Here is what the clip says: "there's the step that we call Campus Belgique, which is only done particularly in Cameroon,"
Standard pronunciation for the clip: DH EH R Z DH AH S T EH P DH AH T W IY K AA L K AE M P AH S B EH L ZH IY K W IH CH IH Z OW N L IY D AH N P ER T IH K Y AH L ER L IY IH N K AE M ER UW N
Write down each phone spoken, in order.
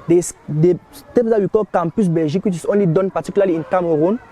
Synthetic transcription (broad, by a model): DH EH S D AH S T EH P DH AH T W IY K AA L K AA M P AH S B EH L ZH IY K W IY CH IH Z OW N L IY D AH N P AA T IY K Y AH L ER L IY IH N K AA M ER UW N